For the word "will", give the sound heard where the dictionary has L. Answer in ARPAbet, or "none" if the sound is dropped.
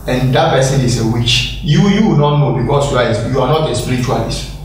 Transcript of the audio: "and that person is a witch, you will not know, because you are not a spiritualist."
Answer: W